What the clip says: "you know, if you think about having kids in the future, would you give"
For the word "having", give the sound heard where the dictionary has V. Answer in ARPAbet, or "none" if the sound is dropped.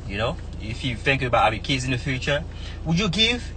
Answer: none